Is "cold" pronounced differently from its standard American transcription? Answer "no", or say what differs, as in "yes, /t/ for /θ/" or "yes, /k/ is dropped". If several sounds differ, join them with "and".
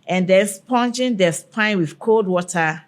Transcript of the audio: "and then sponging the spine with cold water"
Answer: no